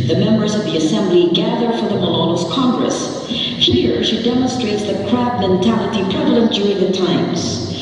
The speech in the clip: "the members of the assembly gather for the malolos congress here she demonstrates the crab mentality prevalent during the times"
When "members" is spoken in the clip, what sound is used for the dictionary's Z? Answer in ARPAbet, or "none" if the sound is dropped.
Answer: Z